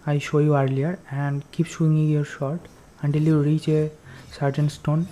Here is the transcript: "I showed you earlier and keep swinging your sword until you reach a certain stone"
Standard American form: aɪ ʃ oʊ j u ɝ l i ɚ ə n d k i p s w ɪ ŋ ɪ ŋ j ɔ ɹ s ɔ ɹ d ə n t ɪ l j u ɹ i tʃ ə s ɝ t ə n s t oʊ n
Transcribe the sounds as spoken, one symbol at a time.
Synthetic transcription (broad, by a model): aɪ ʃ oʊ j u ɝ l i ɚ ə n d k i p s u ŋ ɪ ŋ j ɔ ɹ ʃ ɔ ɹ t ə n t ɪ l j u ɹ i tʃ ə s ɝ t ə n s t oʊ n